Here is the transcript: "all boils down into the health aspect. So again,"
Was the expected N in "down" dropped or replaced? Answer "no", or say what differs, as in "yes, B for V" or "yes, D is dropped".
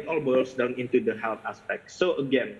no